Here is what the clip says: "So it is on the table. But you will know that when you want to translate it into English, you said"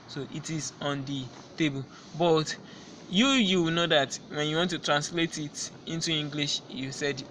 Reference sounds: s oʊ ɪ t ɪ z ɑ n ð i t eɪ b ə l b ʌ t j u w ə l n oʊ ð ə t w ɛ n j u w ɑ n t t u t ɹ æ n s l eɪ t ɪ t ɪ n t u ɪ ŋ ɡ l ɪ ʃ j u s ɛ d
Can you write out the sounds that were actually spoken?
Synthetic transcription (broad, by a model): s oʊ ɪ t ɪ z ɑ n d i t eɪ b ə l b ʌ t j u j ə w n oʊ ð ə t w ɛ n j u w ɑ n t t u t ɹ æ n s l eɪ t ɪ t ɪ n t u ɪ ŋ ɡ l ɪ ʃ j u s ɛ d